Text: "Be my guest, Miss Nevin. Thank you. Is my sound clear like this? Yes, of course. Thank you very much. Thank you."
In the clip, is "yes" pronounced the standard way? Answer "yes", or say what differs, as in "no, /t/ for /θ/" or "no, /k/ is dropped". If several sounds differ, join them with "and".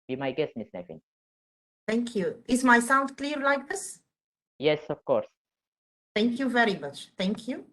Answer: yes